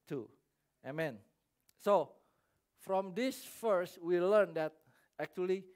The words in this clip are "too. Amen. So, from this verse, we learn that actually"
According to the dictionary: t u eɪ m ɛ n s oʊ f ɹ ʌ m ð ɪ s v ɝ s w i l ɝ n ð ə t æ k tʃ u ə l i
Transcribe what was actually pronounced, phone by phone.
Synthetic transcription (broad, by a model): t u eɪ m ɛ n s oʊ f ɹ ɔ m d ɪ s f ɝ s w i l ɝ n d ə t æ k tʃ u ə l i